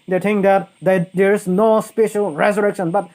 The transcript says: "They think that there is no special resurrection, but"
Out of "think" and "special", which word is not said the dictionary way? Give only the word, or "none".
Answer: think